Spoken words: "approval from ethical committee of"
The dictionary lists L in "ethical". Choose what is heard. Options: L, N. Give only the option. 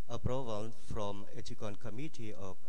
N